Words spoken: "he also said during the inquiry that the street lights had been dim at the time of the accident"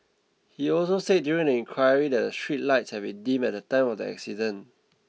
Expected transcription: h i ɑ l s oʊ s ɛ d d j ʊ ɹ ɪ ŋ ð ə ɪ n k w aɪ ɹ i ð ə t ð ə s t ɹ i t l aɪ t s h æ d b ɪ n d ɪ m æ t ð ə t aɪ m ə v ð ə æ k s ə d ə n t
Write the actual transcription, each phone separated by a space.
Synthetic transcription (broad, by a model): h i ɑ l s oʊ s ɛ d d j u ɹ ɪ ŋ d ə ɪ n k w aɪ ɹ i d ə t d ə s t ɹ i t l aɪ t s h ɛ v b ɪ n d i m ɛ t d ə t aɪ m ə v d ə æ k s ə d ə n